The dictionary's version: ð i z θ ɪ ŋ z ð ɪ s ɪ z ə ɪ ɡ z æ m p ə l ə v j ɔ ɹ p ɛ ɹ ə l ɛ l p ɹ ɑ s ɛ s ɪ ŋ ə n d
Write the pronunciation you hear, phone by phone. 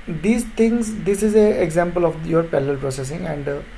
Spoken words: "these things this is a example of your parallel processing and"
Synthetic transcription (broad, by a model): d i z t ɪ ŋ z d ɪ s ɪ z ə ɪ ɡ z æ m p ə l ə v j ɔ ɹ p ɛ l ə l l p ɹ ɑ s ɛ s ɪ ŋ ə n d